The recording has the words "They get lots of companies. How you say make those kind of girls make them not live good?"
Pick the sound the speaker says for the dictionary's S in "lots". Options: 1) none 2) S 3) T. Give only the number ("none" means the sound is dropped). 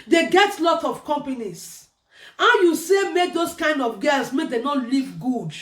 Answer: 1